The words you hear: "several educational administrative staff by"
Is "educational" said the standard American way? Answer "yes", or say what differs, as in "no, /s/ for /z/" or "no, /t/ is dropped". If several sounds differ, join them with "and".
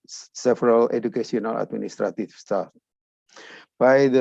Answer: no, /s/ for /ʃ/